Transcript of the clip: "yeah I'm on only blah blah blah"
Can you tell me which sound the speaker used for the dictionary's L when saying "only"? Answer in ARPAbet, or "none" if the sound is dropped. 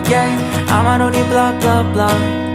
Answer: none